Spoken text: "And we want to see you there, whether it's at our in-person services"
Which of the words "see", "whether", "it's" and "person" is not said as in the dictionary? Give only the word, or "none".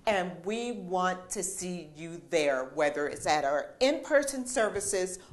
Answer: none